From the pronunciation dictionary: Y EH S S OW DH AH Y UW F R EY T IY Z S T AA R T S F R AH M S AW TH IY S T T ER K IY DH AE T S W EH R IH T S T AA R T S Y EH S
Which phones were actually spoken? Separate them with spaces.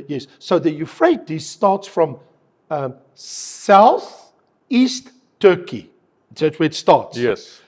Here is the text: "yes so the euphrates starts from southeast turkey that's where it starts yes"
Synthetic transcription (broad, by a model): Y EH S S OW DH AH Y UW F R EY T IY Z S T AA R T S F R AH M S AW TH IY S T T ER K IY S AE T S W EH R IH T S T AA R T S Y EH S